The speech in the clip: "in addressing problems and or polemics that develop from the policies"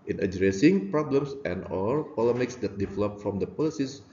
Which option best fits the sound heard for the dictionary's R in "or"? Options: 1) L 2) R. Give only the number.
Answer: 1